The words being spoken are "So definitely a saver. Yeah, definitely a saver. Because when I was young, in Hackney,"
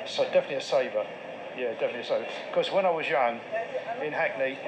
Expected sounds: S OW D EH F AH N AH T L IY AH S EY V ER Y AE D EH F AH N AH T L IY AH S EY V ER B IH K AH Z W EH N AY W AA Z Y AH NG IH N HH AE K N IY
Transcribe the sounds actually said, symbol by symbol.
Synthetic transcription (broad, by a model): S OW D EH F AH N AH T L IY AH S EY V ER Y AE D EH F AH N AH T L IY AH S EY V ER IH K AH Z W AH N AY W AA Z Y AH NG IH N HH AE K N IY